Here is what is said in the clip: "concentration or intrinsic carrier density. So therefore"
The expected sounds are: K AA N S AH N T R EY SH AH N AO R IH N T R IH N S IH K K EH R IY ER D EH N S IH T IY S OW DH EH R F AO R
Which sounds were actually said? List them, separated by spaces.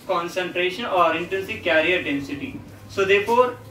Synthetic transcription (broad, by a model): K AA N S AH N T R EY SH AH N AO R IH N T IH N S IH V K EH R IY ER D EH N S IH T IY S OW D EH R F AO R